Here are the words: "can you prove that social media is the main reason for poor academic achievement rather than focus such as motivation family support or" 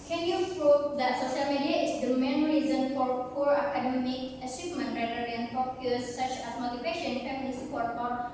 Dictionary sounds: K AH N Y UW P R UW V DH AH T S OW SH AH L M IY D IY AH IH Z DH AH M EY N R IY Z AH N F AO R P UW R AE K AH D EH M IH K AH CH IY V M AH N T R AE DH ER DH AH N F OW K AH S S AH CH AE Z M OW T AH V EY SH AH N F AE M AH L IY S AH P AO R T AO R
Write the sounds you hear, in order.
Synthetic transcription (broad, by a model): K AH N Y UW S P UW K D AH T S OW SH AH L M IY D IY AH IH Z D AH M EY N R IY Z AH N F AO R P UW R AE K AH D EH M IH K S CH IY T M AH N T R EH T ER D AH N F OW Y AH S S AH CH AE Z M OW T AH P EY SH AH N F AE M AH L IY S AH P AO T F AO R